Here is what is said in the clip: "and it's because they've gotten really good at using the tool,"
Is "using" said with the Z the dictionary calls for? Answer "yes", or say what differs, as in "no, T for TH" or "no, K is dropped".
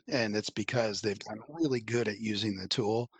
yes